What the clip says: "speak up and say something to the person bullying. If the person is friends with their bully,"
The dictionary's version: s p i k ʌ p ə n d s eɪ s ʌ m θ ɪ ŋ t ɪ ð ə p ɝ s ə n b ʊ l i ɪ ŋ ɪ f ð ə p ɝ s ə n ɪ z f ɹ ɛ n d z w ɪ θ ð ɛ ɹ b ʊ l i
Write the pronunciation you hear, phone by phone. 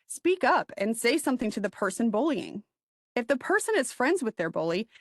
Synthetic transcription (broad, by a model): s p i k ʌ p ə n s eɪ s ʌ m θ ɪ ŋ t ɪ ð ə p ɝ s ə n b ʊ l i ɪ ŋ ɪ f ð ə p ɝ s ə n ɪ z f ɹ ɛ n d z w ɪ ð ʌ ɹ b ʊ l i